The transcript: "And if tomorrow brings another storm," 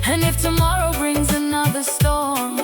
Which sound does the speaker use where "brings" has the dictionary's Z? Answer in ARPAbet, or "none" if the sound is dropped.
Z